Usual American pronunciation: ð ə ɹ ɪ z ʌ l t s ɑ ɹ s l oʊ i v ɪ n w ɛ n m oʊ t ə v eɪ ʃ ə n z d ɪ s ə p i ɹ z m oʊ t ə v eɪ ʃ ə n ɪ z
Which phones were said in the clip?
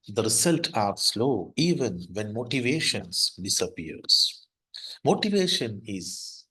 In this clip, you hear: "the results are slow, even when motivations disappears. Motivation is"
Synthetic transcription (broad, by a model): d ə ɹ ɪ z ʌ l t ɑ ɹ s l oʊ i v ɪ n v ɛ n m oʊ t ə v eɪ ʃ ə n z d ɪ s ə p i ɹ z m oʊ t ə v eɪ ʃ ə n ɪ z